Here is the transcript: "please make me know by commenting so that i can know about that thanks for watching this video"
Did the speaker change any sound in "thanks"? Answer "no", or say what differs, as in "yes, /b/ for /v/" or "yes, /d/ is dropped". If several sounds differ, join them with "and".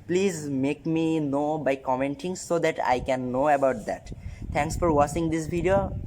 yes, /t/ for /θ/